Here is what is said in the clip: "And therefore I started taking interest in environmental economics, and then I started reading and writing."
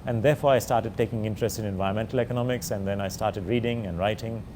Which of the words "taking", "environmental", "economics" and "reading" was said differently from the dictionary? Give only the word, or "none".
environmental